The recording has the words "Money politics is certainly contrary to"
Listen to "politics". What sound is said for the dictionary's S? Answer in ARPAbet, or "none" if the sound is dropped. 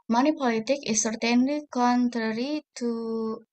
none